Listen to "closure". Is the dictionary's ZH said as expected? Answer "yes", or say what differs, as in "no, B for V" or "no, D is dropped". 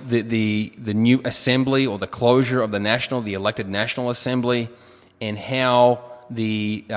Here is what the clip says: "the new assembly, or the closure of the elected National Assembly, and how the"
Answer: yes